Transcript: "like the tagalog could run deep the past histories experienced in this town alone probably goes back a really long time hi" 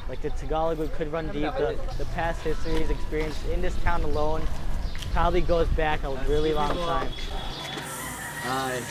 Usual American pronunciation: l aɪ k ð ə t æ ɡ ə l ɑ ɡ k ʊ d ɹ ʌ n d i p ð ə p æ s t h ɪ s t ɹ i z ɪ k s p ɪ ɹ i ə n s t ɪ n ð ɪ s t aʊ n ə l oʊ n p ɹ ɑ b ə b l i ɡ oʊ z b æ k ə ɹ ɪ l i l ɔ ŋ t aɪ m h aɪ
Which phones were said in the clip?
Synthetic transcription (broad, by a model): l aɪ k ð ə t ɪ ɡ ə l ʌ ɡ k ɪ d ɹ ʌ n d i p ð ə p æ s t h ɪ s t ɹ i z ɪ k s p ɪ ɹ i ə n s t ɪ n ð ɪ s t aʊ n ə l oʊ n p ɹ ɑ b ə b l i ɡ oʊ z b æ k ə ɹ ɪ l i l ɔ ŋ t aɪ m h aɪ